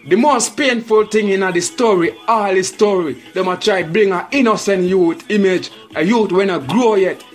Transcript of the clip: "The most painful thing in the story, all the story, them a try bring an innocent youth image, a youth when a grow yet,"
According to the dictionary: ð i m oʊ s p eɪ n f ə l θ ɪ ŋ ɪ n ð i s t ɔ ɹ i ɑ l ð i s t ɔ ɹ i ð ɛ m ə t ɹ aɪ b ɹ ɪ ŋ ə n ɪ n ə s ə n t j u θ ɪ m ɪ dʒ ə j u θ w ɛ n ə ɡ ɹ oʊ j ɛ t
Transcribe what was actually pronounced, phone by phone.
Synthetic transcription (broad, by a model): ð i m oʊ s p eɪ n f ə l t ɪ ŋ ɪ n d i s t ɔ ɹ i ɑ l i s t ɔ ɹ i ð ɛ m ə t ɹ aɪ b ɹ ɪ ŋ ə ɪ n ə s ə n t j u t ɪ m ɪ dʒ ə j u t w ɛ n ə ɡ ɹ oʊ j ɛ t